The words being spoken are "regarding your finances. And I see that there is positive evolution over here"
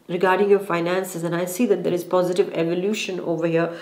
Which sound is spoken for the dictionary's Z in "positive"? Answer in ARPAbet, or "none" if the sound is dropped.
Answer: Z